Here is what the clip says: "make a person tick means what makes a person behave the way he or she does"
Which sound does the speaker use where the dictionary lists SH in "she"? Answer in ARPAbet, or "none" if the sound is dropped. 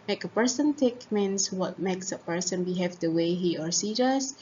S